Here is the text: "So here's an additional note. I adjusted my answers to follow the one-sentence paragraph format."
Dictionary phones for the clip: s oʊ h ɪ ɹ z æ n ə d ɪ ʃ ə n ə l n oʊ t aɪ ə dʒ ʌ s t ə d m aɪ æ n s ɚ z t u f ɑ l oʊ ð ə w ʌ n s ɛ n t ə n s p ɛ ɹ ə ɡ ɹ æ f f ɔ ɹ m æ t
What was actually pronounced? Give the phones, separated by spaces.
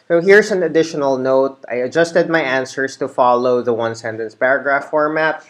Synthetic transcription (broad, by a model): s oʊ h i ɹ s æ n ə d ɪ ʃ ə n ə l n oʊ t aɪ ə dʒ ʌ s t ə d m aɪ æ n s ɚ s t u f ɑ l oʊ ð ə w ʌ n s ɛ n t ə n s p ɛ ɹ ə ɡ ɹ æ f f ɔ ɹ m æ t